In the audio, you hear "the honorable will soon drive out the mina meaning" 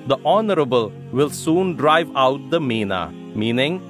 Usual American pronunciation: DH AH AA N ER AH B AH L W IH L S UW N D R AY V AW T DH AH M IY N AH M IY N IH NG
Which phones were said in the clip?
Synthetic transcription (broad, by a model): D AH AA N ER AH B AH L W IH L S UW N D R AY V AW T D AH M IY N AH M IY N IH NG